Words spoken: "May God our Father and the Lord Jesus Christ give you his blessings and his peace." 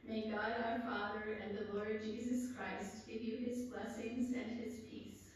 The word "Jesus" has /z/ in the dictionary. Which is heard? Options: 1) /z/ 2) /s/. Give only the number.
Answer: 1